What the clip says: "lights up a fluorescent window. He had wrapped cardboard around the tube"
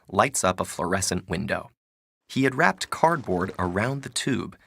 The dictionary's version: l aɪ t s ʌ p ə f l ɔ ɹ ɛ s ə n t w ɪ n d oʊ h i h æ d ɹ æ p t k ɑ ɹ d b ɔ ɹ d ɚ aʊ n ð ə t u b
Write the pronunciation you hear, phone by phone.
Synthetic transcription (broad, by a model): l aɪ t s ʌ p ə f l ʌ ɹ ɛ s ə n t w ɪ n d oʊ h i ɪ d ɹ æ p t k ɑ ɹ d b ɔ ɹ d ɚ aʊ n ð ə t u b